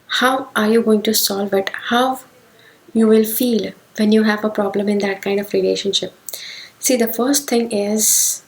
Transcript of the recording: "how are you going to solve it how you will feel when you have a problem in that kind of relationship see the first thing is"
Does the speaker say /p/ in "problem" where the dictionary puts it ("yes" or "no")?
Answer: yes